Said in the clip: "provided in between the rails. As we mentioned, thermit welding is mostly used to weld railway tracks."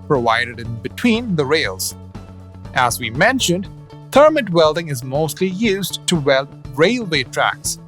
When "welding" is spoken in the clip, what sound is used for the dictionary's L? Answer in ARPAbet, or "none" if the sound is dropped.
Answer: L